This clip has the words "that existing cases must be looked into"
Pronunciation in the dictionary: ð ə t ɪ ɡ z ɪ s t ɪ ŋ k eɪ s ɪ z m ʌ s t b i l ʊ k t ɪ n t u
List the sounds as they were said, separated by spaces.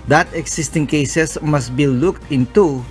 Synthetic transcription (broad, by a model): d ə t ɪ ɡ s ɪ s t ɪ ŋ k eɪ s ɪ s m ʌ s t b i l ʊ k t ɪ n t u